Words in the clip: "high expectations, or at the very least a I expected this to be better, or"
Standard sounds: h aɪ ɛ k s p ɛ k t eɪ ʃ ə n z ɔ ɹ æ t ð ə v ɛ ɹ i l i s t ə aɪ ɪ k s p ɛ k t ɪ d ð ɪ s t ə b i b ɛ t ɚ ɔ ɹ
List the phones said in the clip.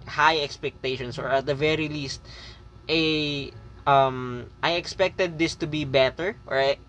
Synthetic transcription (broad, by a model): h aɪ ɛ k s p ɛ k t eɪ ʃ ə n s ɔ ɹ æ t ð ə v ɛ ɹ i l i s t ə aɪ ɪ k s p ɛ k t ɪ d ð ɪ s t ə b i b ɛ t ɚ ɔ ɹ